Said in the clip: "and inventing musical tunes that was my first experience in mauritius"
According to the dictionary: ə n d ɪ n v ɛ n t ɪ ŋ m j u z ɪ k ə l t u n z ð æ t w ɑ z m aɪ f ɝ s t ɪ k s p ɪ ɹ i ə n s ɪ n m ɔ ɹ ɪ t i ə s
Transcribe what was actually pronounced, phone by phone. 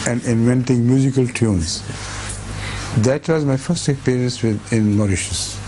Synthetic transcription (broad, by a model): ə n d ɪ n v ɛ n t ɪ ŋ m j u z ɪ k ə l t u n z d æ t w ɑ z m aɪ f ɝ s t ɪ k s p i ɹ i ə n s ɪ n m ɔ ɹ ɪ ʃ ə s